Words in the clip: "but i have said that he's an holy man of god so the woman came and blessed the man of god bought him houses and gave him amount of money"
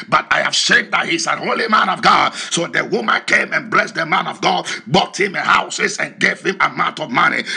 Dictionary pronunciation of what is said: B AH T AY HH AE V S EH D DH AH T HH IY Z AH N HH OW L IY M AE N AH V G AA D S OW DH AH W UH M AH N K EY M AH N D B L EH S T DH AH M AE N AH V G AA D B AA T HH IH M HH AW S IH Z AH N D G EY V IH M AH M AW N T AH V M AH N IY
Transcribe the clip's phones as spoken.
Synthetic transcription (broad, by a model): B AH T AY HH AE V SH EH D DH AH T HH IY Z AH HH OW L IY M AE N AH V G AA D S OW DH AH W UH M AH N K EY M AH N B L EH S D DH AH M AE N AH V G AA D B AA T HH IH M HH AW S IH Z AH N G EY V IH M AH M AW N T AH V M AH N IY